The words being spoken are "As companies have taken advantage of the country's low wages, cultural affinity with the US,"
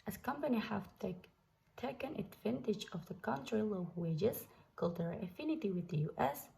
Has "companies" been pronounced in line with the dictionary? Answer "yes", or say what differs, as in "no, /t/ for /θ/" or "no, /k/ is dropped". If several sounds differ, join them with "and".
no, /z/ is dropped